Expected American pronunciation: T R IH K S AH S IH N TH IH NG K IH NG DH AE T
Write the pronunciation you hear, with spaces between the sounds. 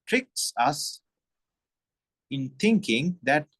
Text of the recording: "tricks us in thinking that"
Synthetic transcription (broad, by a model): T R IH K S AH S IH N T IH NG K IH NG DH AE T